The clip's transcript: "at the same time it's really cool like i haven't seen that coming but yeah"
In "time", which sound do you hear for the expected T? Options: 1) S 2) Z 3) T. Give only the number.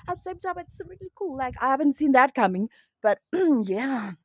1